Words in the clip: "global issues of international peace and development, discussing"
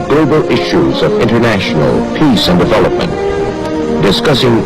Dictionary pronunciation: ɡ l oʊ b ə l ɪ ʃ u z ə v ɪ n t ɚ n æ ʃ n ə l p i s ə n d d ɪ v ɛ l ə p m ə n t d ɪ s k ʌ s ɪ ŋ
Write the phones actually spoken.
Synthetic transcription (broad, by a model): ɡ l oʊ b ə l ɪ ʃ u z ə v ɪ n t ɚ n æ ʃ n l p i s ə n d d ɪ v ɛ l ə p m ə n t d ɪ s k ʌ s ɪ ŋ